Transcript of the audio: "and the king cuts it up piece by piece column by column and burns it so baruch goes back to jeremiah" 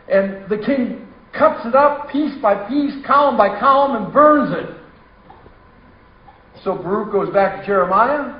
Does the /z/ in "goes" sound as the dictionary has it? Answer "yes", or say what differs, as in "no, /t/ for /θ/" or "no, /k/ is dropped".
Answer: yes